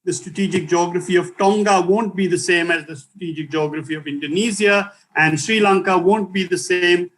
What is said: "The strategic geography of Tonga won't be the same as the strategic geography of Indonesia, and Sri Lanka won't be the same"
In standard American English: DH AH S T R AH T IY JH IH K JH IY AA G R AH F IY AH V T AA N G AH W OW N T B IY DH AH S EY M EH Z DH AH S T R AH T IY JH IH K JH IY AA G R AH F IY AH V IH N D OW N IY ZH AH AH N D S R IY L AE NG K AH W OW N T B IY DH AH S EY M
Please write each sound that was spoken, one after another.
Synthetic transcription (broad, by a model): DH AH S T R AH T IY JH IH K JH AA G R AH F IY AH V T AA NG G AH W OW N T B IY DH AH S EY M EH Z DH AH S T R AH T IY JH IH K JH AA G R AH F IY AH V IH N D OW N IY Z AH AH N D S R IY L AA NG K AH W OW N T B IY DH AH S EY M